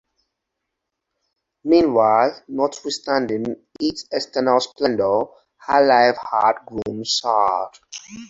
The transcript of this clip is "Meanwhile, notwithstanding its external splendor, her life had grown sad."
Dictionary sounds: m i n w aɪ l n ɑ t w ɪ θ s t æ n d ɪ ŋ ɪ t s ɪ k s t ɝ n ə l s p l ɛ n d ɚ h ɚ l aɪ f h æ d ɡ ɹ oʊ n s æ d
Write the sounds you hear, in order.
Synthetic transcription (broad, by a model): m i n w aɪ l n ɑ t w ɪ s t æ n d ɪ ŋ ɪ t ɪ s t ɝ n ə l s p l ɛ n d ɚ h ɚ l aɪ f h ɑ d ɡ ɹ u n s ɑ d